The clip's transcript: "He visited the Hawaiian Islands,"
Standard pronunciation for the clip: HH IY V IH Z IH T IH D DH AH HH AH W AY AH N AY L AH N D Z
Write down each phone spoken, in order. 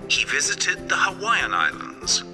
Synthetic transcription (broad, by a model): HH IY V IH Z IH T IH D DH AH HH AH W AY AH N AY L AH N D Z